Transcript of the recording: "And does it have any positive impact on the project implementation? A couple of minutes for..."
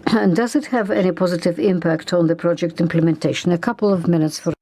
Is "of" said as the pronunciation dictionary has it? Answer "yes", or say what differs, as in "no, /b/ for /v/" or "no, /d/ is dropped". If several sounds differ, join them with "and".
yes